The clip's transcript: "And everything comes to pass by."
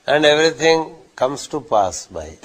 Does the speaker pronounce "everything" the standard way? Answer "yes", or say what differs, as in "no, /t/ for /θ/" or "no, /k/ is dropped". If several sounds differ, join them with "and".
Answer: no, /t/ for /θ/